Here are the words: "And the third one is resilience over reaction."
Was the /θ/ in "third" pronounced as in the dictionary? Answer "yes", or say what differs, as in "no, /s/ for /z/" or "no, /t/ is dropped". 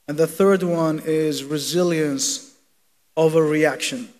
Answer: yes